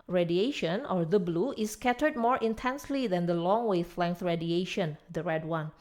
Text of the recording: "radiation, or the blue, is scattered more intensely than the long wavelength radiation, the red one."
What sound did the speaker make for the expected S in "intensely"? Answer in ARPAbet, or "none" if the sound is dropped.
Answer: S